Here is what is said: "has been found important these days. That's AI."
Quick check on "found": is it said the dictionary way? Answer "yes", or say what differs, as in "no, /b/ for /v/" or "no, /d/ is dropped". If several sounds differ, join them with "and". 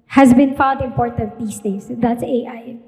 no, /n/ is dropped